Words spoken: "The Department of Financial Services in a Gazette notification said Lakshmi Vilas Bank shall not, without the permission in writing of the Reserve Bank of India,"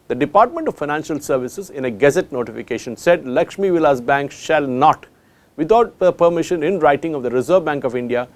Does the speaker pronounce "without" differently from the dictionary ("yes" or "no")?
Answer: yes